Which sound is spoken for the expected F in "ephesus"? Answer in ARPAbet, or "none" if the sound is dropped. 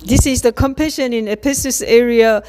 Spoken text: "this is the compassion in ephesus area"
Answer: P